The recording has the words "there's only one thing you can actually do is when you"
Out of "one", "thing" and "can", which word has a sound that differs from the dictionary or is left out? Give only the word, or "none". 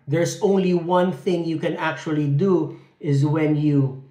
none